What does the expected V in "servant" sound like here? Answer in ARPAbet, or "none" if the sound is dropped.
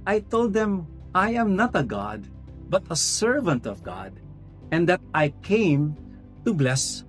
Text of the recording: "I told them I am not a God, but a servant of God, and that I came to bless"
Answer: V